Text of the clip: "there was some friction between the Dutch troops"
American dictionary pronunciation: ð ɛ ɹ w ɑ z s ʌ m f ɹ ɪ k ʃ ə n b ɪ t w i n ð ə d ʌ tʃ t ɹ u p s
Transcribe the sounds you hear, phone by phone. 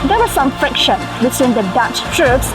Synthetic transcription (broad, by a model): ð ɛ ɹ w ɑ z s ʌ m f ɹ ɪ k ʃ ə n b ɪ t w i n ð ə d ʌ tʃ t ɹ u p s